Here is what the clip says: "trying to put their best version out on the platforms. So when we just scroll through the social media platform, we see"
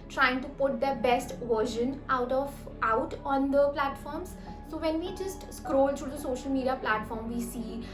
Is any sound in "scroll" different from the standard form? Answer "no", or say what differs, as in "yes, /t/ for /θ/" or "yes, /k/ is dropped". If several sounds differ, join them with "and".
no